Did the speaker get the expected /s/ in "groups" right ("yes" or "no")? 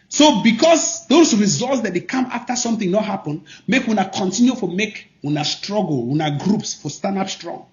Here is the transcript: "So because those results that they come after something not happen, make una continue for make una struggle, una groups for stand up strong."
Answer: yes